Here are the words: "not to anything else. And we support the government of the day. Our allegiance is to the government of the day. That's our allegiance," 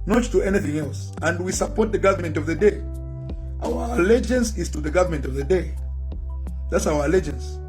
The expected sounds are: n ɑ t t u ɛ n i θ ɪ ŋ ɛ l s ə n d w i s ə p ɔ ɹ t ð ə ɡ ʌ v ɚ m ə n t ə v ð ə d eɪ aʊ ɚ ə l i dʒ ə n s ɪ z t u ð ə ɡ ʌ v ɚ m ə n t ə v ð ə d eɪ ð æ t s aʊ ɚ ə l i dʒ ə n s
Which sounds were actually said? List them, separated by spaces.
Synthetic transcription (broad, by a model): n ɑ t t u ɛ n i θ ɪ ŋ ɛ l s ə n d w i s ə p ɔ ɹ t ð ə ɡ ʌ v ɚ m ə n t ə v ð ə d eɪ aʊ ɚ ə l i dʒ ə n s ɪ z t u ð ə ɡ ʌ v ɚ m ə n t ə v ð ə d eɪ ð æ t s aʊ ɚ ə l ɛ dʒ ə n s